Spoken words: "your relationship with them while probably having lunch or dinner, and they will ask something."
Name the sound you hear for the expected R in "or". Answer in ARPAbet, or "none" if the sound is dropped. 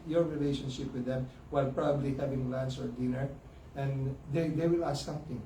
R